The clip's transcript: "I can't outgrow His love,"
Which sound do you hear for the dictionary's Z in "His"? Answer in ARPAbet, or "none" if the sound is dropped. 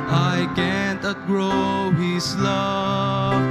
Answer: S